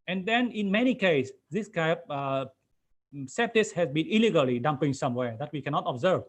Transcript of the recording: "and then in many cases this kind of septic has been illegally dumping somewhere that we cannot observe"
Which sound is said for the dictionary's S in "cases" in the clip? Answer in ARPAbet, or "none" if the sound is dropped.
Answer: none